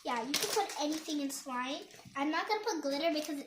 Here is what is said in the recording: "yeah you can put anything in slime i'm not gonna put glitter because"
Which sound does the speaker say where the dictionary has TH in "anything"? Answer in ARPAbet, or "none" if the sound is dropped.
TH